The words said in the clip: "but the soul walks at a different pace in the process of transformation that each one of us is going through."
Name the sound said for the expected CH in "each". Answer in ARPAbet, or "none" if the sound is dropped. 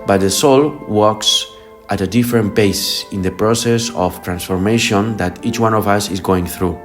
CH